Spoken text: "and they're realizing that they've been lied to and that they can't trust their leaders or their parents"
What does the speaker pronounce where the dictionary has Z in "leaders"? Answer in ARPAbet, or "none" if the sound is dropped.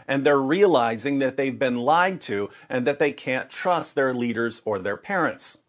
Z